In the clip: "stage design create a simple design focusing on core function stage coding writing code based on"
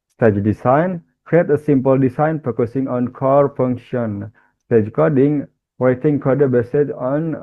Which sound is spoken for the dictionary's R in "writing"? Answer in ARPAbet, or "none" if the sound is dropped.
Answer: W